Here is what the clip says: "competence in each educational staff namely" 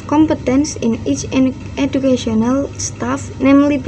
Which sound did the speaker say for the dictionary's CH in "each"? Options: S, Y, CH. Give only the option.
CH